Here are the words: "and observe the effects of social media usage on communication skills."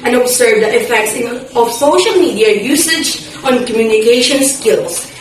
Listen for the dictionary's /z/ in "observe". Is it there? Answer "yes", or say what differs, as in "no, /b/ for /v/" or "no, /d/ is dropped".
no, /s/ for /z/